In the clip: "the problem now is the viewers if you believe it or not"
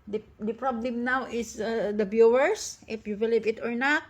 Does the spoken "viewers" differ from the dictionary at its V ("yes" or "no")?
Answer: yes